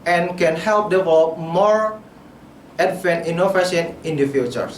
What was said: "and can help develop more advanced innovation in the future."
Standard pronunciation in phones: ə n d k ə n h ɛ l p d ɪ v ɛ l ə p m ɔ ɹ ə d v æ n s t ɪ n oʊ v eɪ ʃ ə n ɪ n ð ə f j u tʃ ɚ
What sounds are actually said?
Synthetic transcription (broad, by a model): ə n k ə n h ɛ l p d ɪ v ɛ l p m ɔ ɹ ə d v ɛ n t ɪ n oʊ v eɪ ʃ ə n ɪ n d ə f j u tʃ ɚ